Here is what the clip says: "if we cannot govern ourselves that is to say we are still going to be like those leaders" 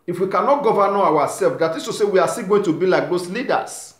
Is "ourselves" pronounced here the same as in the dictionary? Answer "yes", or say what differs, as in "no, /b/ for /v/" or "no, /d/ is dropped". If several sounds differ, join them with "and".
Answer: no, /w/ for /ɹ/